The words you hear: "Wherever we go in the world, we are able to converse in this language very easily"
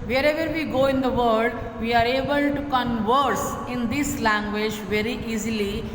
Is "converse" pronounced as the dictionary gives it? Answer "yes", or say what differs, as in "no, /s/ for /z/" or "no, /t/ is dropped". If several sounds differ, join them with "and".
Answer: yes